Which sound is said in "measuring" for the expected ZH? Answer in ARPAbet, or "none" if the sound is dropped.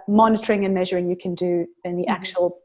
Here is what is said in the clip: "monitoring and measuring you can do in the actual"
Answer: ZH